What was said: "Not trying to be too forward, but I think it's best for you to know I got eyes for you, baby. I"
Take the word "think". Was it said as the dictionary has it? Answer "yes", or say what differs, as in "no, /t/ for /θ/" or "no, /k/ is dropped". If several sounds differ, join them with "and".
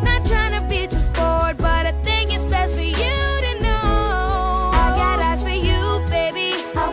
no, /k/ is dropped